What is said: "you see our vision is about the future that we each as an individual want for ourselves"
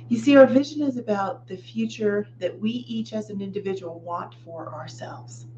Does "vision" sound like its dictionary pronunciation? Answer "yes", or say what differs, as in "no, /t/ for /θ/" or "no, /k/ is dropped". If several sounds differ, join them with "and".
yes